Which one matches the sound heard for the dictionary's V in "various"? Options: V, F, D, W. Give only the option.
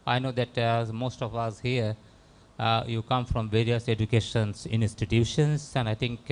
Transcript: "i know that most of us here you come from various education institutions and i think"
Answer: V